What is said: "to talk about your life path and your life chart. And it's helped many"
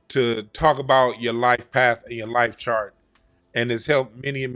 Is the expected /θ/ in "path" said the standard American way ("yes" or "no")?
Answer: yes